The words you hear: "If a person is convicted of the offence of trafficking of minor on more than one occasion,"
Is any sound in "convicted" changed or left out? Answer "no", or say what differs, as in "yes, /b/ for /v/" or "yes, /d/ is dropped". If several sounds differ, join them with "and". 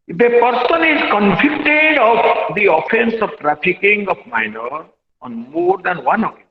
yes, /f/ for /v/